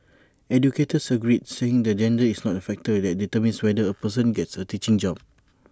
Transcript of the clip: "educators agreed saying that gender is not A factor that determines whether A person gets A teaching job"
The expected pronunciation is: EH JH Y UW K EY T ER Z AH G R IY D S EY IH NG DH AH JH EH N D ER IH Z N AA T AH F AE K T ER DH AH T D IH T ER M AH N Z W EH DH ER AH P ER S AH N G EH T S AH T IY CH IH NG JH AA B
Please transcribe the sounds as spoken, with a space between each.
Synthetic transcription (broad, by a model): EH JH Y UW K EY T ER S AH G R IY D S EY IH NG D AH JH EH N D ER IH S N AA T AH F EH K T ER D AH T D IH T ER M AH N S W EH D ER AH P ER S AH N G EH T S AH T IY CH IH NG JH AA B